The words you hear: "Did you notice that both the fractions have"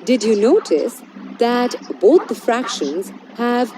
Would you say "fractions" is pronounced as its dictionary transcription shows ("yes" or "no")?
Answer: yes